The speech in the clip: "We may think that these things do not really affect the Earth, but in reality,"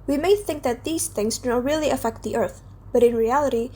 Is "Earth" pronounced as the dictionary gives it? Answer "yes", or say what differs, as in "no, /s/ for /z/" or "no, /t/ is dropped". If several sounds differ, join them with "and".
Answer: yes